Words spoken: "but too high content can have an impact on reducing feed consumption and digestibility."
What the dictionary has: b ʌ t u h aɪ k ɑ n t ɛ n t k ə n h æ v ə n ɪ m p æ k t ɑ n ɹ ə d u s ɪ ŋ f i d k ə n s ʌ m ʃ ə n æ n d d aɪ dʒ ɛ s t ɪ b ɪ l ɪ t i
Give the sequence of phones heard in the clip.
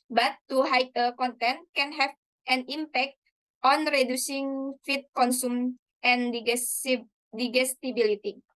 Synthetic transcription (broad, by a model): b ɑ t u h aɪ k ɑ n t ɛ n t k ə n h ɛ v ə n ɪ m p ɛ k t ɑ n ɹ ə d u s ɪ ŋ f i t k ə n s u m ə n n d d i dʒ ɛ s t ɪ b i l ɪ t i